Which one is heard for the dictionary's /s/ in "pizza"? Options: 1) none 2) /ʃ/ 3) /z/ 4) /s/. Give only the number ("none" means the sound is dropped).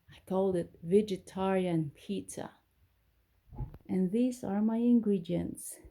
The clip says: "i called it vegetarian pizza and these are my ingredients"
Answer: 1